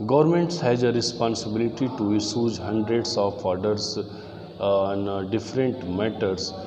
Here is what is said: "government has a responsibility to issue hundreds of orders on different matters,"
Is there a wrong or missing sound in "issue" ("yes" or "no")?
yes